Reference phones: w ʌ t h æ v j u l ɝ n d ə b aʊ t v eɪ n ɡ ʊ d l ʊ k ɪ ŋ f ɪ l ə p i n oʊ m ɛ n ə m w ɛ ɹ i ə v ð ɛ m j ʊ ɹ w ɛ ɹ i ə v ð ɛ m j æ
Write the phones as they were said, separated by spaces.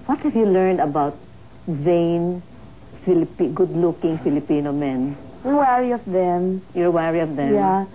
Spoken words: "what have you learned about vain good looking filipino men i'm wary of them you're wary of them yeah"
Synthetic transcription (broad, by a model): w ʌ t h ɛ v j u l ɝ n d ə b aʊ t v eɪ n ɡ ʊ d l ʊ k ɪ ŋ f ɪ l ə p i n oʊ m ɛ n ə w ɛ ɹ i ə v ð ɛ m j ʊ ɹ w ɛ ɹ i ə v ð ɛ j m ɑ